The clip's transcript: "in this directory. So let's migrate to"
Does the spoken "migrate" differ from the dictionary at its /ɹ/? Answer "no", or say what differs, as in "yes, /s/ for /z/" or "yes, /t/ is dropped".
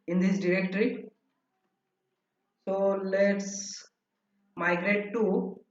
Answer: no